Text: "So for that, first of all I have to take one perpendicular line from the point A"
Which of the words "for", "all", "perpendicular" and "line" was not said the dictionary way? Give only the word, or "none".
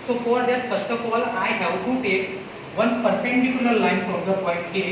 perpendicular